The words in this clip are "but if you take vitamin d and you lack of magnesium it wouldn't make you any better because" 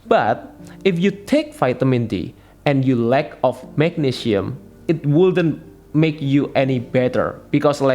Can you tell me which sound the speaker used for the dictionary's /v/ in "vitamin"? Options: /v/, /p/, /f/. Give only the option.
/f/